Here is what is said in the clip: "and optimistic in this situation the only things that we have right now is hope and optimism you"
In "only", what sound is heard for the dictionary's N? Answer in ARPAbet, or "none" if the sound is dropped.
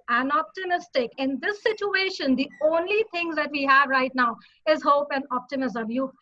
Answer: N